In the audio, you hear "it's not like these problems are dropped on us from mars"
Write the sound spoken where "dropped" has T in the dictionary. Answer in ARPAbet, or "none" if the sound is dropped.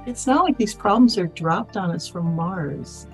T